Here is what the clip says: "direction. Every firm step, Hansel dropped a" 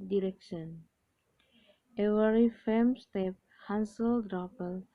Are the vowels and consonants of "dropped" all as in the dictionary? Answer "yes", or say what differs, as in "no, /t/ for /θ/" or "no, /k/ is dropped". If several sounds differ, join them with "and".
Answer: no, /t/ is dropped